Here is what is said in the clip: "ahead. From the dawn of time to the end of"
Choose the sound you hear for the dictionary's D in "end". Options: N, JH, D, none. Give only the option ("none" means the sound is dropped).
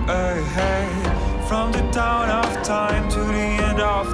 D